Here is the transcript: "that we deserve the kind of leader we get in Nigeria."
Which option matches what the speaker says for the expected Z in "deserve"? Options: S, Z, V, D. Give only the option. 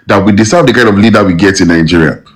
S